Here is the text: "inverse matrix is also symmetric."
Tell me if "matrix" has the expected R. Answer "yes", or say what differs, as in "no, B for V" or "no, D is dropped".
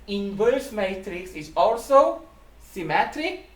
yes